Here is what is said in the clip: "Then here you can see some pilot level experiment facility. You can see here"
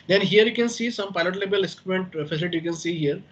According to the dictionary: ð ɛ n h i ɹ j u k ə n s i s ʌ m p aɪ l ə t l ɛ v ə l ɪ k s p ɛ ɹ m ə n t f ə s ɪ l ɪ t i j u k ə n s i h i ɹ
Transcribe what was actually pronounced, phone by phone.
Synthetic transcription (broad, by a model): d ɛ n h i ɹ j u k ə n s i s ʌ m p aɪ l ə t l ɛ b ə l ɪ s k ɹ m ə n t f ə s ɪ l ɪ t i j u k ə n s i h i ɹ